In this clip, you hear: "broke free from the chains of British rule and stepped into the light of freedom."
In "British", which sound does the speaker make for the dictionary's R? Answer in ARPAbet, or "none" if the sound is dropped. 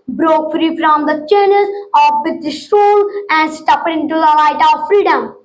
none